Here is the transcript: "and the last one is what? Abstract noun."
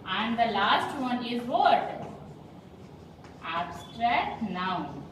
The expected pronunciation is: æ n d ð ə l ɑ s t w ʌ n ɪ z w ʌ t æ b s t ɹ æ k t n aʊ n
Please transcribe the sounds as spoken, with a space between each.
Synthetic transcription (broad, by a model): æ n d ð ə l ɑ s t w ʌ n ɪ z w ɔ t æ b s t ɹ æ k t n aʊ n